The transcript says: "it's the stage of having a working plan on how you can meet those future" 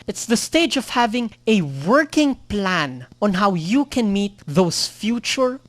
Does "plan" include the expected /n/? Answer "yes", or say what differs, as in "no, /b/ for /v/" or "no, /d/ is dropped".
yes